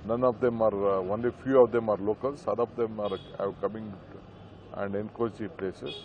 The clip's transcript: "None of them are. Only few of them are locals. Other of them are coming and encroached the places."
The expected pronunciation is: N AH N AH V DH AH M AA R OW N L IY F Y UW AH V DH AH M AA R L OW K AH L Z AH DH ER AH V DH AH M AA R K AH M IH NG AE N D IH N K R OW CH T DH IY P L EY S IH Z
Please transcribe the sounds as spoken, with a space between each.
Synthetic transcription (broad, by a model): N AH N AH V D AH M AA R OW N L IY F Y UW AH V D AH M AA R L OW K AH L S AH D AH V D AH M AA R K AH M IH NG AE N D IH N K OW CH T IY P L EY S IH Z